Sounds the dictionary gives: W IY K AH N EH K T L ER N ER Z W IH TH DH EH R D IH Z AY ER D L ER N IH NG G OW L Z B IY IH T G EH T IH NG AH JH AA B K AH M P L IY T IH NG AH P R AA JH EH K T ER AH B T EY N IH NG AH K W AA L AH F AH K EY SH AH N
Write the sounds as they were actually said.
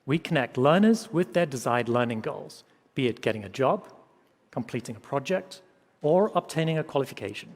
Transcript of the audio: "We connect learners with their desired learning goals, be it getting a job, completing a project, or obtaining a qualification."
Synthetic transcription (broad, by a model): W IY K AH N EH K T L ER N ER Z W IH DH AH R D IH Z AY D L ER N IH NG G OW L Z B IY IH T G EH T IH NG AH JH AA B K AH M P L IY T IH NG AH P R AA JH EH K T ER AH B T EY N IH NG AH K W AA L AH F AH K EY SH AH N